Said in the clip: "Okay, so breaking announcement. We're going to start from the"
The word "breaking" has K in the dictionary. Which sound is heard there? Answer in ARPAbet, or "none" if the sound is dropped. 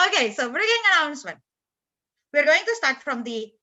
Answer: none